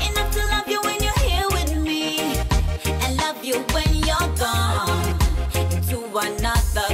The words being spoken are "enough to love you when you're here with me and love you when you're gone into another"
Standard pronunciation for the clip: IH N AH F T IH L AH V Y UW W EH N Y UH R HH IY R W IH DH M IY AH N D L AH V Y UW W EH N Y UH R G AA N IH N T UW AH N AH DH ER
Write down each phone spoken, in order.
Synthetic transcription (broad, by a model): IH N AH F T IH L AH V Y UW W EH N Y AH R HH IY R W IH DH M IY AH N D L AH V Y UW W EH N Y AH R G AA N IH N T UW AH N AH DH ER